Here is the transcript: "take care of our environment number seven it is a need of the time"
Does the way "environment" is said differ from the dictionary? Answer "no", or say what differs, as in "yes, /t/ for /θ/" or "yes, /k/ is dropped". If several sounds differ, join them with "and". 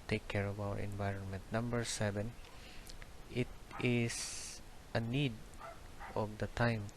no